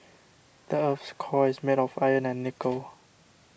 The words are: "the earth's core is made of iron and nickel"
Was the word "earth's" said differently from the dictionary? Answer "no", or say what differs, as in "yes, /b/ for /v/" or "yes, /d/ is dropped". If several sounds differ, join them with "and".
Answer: yes, /f/ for /θ/